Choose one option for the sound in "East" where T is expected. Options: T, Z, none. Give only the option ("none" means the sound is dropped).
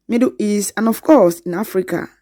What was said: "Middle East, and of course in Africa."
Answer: none